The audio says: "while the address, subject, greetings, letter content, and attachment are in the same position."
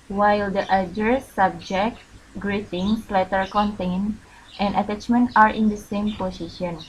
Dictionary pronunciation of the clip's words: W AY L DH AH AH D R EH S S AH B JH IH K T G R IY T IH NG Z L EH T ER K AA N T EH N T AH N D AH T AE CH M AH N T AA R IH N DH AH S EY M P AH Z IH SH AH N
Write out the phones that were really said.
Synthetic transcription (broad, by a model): W AY L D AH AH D EH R S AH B JH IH K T G R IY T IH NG S L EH T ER K AA N T EH N T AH N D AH T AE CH M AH N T AA R IH N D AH S EY M P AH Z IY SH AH N